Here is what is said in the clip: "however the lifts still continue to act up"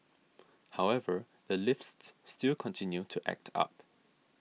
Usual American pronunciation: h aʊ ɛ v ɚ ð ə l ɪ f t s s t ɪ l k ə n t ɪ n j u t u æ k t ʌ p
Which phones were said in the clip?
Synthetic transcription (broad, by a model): h aʊ ɛ v ɚ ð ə l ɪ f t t s t ɪ l k ə n t ɪ n j u t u æ k t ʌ p